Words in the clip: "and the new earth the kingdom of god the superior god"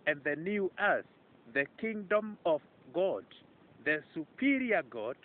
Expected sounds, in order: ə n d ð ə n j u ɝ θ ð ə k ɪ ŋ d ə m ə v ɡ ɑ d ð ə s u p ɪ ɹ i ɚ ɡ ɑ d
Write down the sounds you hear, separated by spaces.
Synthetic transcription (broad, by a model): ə n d ð ə n j u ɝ s ð ə k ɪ ŋ d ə m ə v ɡ ɑ d ð ə s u p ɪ ɹ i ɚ ɡ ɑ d